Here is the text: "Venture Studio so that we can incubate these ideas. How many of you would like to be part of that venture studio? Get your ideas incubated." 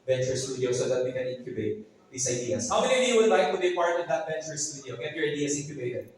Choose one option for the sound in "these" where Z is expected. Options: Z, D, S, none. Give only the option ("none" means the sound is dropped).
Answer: S